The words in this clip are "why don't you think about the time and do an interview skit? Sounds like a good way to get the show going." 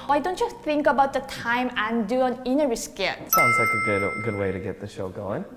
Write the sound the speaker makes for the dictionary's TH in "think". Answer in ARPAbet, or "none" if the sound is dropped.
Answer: S